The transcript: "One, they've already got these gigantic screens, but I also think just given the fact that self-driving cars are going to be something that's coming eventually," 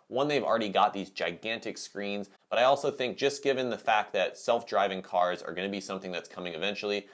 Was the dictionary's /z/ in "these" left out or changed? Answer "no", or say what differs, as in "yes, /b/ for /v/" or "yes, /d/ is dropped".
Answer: no